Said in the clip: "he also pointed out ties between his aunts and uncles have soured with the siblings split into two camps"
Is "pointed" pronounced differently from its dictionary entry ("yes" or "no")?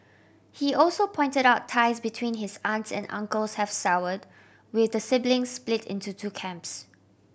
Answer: no